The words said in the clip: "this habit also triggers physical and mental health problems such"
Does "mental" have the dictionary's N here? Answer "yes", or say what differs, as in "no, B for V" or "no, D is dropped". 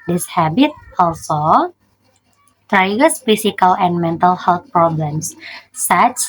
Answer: yes